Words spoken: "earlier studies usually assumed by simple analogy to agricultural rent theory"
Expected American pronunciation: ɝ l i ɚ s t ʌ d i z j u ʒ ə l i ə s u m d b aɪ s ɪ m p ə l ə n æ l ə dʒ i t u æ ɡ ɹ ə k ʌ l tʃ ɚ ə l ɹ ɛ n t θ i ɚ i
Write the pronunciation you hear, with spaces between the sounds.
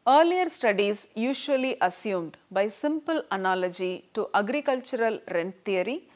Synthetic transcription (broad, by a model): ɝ l i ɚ s t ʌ d i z j u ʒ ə l i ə s u m d b aɪ s ɪ m p ə l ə n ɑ l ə dʒ i t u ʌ ɡ ɹ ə k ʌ l tʃ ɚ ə l ɹ ɛ n t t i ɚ i